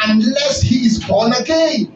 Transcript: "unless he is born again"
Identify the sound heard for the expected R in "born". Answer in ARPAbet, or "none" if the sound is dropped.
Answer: L